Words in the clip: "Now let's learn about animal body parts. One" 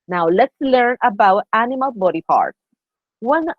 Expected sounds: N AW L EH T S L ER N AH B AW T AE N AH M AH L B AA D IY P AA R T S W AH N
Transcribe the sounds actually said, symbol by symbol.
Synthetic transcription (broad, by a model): N AW L EH T S L ER N AH B AW T AE N AH M AH L B AA D IY P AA R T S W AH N